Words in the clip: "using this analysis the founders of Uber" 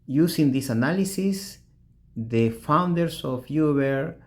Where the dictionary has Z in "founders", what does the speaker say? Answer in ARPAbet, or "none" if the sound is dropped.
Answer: S